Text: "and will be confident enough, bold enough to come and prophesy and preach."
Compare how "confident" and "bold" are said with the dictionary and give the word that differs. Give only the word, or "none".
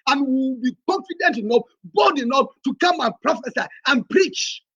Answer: bold